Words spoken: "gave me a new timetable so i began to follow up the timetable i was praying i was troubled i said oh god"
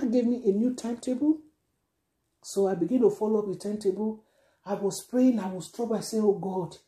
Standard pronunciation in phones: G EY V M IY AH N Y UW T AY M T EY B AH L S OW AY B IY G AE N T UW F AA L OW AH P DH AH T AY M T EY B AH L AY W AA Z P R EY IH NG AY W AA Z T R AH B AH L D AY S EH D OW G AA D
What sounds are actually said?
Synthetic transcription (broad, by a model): G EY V M IY AH N Y UW T AY M T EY B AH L S OW AY B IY G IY N T UW F AA L OW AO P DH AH T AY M T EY B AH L AY W AA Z P R EY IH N AY W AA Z T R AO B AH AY S EH OW G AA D